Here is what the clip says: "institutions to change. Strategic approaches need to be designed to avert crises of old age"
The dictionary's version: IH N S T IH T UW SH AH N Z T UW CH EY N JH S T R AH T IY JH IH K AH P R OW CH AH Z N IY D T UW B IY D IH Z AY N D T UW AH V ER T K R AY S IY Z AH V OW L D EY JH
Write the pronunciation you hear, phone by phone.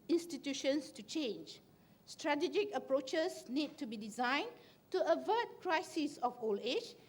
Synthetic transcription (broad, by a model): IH N S T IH T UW SH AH N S T UW CH EY N JH S T R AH T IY JH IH K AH P R OW CH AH S N IY D T UW B IY D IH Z AY N T UW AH V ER T K R AY S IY S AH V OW L EY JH